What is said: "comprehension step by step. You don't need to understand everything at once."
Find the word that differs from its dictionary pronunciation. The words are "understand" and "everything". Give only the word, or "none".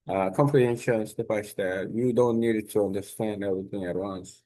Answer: none